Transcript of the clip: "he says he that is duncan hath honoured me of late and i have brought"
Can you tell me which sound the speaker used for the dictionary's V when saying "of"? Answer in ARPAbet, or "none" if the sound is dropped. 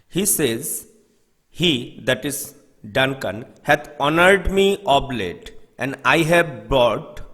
B